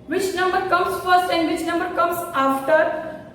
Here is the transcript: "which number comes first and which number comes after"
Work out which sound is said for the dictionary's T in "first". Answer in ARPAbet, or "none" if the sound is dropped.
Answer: T